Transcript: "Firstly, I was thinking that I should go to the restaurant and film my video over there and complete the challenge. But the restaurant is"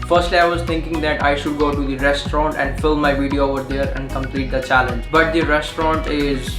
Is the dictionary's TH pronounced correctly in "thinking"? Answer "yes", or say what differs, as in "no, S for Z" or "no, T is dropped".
no, T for TH